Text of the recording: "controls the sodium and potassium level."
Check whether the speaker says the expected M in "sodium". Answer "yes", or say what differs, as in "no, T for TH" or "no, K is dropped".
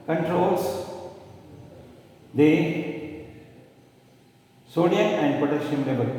no, M is dropped